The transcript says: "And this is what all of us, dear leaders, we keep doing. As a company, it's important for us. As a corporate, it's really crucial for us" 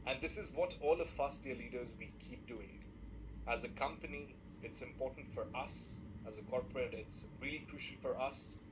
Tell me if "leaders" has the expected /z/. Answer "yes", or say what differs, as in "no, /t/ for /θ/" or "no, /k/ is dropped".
yes